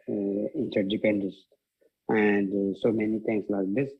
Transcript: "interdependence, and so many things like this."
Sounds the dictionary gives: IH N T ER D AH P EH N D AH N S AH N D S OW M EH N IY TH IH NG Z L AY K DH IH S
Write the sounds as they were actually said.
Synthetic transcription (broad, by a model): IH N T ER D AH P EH N D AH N S AH N D S OW M EH N IY T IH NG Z L AY K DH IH S